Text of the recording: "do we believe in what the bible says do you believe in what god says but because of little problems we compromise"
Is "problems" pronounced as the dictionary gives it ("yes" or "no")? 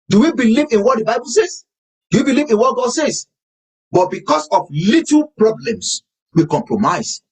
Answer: no